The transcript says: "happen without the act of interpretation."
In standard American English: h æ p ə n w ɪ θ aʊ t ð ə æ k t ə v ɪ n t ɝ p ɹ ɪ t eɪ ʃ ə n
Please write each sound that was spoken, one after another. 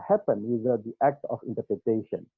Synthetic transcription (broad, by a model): h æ p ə n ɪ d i t æ k t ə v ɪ n t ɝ p ɹ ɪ t eɪ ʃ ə n